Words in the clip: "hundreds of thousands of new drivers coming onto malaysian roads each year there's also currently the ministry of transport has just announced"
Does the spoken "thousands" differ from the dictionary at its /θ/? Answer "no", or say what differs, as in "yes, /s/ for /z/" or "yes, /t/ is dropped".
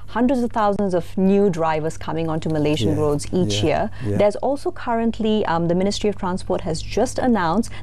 yes, /t/ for /θ/